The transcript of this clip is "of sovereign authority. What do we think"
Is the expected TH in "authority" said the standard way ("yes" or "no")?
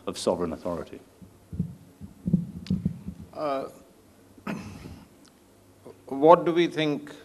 yes